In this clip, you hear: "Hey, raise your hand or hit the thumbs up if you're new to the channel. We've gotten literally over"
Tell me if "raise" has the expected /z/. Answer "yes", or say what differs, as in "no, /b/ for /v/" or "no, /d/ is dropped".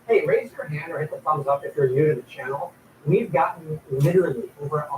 yes